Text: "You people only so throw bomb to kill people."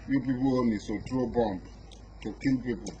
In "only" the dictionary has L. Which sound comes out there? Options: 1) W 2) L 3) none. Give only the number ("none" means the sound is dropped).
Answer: 3